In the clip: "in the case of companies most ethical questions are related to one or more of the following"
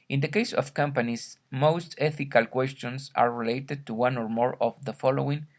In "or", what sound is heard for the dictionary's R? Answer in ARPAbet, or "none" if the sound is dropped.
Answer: R